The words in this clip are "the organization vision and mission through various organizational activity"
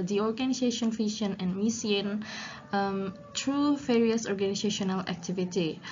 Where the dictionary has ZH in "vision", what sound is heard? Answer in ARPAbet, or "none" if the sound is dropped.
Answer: SH